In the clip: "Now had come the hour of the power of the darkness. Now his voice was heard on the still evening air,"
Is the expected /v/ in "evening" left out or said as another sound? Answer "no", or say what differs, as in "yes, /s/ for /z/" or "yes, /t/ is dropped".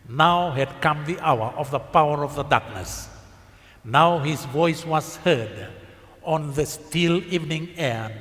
no